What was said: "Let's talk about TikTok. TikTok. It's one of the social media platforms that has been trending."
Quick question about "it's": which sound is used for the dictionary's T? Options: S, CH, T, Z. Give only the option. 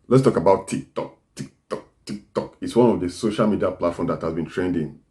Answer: T